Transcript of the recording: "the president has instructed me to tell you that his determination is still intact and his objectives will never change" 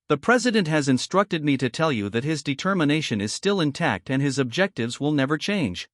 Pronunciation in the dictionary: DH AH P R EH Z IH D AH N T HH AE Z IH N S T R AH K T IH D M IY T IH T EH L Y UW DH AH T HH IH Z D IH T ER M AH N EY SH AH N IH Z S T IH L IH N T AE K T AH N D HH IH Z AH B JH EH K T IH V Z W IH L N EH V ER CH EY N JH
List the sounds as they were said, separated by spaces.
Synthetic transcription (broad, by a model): DH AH P R EH Z IH D AH N T HH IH Z IH N S T R AH K T IH D M IY T IH T EH L Y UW DH AH T HH IH Z D IH T ER M AH N EY SH AH N IH Z S T IH L IH N T AE K T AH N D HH IH Z AH B JH EH K T IH V Z W IH L N EH V ER CH EY N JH